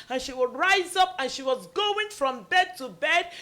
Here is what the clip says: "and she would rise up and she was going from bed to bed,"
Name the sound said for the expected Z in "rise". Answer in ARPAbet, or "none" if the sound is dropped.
Z